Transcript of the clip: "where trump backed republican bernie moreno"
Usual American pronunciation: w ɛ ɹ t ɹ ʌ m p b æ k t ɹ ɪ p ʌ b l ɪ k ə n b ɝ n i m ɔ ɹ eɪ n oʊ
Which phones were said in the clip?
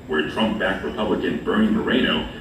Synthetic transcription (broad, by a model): w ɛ ɹ t ɹ ʌ m p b æ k ɹ ɪ p ʌ b l ɪ k ə n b ɝ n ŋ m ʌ ɹ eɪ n oʊ